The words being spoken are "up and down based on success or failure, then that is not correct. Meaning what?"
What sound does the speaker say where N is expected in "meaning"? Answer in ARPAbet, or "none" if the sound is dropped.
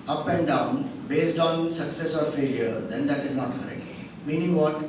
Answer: N